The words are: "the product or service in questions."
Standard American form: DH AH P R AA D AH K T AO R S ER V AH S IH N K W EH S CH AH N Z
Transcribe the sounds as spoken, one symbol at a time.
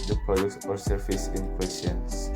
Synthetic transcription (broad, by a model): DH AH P AA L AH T AO R S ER F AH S IH N K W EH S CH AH N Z